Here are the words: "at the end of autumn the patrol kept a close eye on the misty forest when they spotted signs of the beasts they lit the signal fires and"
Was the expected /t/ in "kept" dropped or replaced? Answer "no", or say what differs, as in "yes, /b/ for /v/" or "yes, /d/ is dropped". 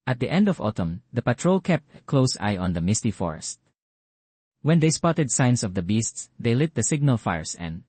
no